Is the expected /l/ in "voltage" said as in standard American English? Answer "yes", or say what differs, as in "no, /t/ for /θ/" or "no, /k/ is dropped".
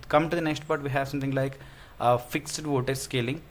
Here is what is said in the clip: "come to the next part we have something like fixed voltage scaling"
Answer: no, /l/ is dropped